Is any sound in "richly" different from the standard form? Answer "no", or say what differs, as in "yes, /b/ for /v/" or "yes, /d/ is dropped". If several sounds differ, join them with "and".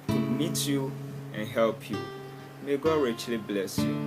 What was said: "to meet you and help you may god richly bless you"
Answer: no